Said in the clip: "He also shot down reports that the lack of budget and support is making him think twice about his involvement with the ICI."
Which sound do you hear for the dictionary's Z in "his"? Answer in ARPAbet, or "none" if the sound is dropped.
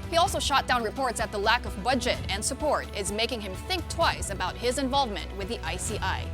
Z